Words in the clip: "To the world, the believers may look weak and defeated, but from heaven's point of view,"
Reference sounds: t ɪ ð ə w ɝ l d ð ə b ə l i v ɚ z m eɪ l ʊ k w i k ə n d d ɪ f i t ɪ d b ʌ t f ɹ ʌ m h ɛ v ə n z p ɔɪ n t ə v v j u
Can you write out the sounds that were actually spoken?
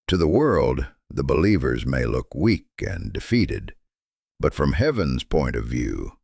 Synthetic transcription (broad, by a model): t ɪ ð ə w ɝ l d ð ə b ə l i v ɚ z m eɪ l ʊ k w i k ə n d d ɪ f i t ɪ d b ʌ t f ɹ ʌ m h ɛ v ə n z p ɔɪ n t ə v v j u